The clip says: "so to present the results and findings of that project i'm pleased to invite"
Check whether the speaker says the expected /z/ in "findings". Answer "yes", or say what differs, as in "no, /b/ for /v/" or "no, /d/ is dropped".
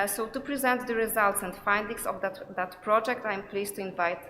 no, /s/ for /z/